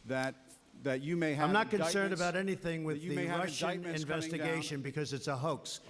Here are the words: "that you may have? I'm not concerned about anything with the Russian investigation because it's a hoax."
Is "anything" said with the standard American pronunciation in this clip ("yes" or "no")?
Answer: yes